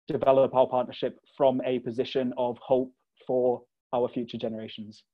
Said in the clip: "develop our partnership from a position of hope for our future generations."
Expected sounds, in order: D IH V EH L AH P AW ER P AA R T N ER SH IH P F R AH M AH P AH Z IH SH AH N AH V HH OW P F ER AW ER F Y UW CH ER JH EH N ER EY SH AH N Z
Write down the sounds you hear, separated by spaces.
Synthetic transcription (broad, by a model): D IH V EH L AH P AW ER P AA T N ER SH IH P F R AH M AH P AH Z IH SH AH N AH V HH OW P F ER AW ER F Y UW CH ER JH EH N ER EY SH AH N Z